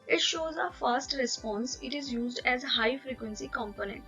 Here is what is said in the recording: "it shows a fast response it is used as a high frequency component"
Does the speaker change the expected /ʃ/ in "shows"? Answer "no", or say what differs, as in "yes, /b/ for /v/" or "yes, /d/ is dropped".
no